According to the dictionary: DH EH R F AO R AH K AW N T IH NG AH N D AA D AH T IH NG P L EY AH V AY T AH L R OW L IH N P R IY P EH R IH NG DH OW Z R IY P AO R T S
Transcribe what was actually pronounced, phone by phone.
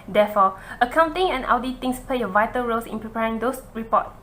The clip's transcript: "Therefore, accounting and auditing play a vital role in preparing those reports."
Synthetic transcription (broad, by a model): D EH F AO AH K AW N T IH NG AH N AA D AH T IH NG P L EY AH V AY T AH L R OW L IH N P R IY P EH R IH NG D OW S R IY P AO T